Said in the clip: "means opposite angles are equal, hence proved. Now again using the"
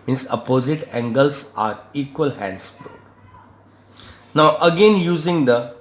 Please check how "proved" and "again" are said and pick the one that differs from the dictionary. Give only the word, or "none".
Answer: proved